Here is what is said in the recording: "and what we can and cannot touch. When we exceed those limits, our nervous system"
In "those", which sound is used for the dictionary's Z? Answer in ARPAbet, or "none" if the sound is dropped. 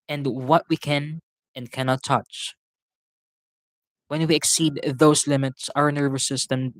S